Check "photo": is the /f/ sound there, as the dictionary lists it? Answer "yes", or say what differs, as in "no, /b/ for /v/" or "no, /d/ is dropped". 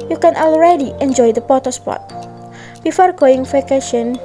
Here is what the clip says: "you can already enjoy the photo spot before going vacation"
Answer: no, /p/ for /f/